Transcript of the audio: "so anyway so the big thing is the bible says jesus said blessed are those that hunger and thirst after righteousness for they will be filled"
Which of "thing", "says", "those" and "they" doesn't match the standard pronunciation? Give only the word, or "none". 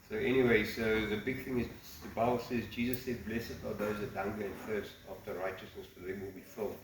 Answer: none